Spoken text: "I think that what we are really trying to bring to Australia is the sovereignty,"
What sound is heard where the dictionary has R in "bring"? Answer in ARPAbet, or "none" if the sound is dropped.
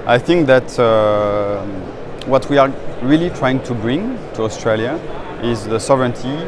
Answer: R